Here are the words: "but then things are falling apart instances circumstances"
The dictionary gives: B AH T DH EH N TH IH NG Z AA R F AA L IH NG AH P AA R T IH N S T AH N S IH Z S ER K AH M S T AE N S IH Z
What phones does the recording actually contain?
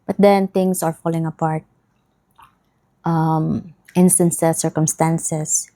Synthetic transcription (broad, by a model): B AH T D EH N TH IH NG S AA R F AA L IH NG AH P AA R T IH N S T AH N S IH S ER K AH M S T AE N S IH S